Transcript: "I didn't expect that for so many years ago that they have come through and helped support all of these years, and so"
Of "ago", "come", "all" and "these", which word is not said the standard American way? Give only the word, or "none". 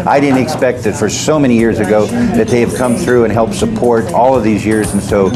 none